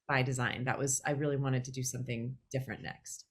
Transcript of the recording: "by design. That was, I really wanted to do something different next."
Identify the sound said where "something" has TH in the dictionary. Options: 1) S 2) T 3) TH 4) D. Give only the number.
3